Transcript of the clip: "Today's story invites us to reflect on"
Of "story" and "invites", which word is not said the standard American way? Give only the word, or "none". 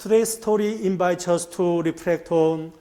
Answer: invites